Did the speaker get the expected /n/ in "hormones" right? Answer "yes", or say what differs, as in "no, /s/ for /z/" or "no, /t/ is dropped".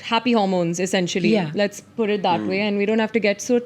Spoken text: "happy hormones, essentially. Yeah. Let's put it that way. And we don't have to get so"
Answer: yes